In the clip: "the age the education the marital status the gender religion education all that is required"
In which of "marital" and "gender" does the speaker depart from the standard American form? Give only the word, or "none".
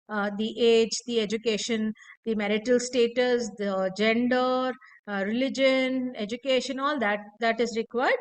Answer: none